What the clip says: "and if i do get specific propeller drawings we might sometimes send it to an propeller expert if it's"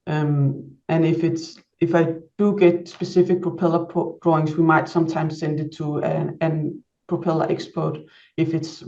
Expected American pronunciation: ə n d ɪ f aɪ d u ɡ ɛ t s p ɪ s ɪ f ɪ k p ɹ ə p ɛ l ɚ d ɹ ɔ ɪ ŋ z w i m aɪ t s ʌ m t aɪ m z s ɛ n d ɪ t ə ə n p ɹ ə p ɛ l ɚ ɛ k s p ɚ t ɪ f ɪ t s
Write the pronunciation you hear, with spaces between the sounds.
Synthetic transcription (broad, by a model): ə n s ɪ f aɪ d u ɡ ɛ t s p ɪ s ɪ f ɪ k p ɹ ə p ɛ l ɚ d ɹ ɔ ɪ ŋ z w i m aɪ t s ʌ m t aɪ m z s ɛ n d ɪ t ə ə n p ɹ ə p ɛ l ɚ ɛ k s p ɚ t ɪ f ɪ t s